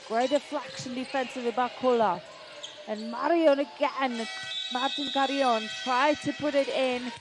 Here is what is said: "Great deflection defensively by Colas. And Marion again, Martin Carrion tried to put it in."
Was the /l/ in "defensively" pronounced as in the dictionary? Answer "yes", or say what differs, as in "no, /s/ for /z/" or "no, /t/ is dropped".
no, /l/ is dropped